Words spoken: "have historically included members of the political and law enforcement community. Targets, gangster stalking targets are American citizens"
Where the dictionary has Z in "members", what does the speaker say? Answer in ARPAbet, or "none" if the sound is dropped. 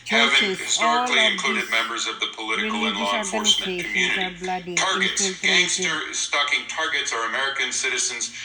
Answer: Z